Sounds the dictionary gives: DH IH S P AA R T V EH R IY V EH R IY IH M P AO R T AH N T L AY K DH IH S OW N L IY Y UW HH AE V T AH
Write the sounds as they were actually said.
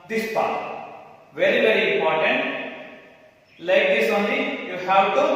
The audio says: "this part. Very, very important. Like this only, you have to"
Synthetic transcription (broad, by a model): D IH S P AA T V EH R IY V EH R IY IH M P AO R T AH N T L AY K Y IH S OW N IY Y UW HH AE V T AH